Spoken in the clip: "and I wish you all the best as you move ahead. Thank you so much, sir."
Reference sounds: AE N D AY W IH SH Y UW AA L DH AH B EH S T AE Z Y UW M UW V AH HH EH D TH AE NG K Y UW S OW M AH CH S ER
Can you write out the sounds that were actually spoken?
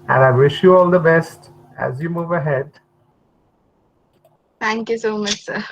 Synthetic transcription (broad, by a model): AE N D AY W IH SH Y UW AA L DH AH B EH S T AE Z Y UW M UW V AH HH EH D T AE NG K Y UW S OW M AH CH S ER